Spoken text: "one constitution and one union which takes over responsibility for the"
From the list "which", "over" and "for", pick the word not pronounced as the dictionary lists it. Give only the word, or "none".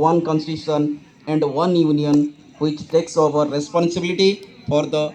none